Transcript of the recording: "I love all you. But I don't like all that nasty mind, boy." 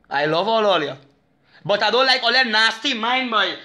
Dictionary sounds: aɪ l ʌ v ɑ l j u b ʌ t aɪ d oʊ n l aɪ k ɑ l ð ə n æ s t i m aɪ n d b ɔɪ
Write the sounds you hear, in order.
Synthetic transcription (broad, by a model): aɪ l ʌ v ɑ l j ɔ b ʌ t aɪ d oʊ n l aɪ k ɑ l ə n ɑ s t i m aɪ n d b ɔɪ